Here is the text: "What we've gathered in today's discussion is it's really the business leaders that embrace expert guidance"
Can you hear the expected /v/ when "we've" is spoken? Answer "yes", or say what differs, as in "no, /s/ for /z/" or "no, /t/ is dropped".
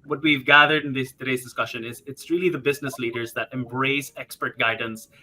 yes